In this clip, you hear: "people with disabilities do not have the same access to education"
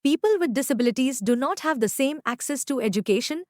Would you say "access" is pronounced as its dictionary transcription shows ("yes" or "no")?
yes